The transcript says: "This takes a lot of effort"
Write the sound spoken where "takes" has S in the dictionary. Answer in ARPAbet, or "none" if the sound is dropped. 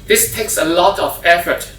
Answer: S